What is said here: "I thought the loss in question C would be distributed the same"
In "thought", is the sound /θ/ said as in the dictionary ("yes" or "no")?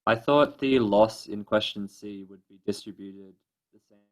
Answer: yes